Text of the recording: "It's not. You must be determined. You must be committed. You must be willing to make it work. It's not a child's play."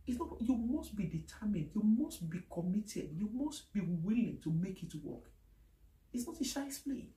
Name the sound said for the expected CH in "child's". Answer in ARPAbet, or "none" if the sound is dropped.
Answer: SH